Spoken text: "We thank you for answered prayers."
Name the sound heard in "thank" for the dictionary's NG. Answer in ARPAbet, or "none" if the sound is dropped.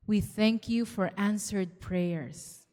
NG